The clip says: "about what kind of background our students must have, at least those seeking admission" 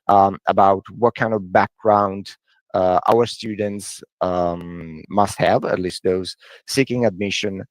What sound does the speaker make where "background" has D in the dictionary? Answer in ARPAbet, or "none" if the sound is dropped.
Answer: D